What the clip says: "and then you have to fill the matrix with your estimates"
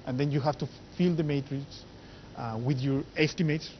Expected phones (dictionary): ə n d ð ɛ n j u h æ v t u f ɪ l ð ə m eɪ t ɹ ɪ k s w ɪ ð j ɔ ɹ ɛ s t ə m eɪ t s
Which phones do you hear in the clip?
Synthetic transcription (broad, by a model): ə n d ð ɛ n j u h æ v t u f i l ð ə m eɪ t ɹ ɪ k s w ɪ ð j ɔ ɹ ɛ s t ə m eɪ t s